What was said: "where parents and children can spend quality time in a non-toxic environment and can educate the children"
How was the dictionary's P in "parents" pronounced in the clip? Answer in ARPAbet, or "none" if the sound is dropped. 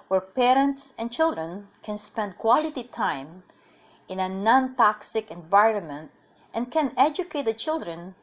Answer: P